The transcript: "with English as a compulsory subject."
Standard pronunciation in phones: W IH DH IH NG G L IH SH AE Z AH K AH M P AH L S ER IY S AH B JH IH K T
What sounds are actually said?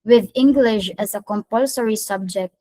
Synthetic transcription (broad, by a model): W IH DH IH NG G L IH SH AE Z AH K AH M P AH L S ER IY S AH B JH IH K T